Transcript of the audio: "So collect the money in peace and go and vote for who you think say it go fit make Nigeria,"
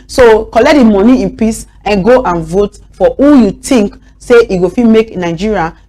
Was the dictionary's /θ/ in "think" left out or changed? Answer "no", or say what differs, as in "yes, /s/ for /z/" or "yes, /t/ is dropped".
yes, /t/ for /θ/